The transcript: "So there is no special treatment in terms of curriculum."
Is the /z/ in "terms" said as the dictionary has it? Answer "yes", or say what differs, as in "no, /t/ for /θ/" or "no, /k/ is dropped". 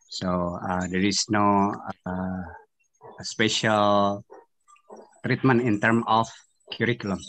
no, /z/ is dropped